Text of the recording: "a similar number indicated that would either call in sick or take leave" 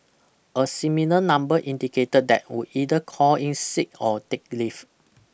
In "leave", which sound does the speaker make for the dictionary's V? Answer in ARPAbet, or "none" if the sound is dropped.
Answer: F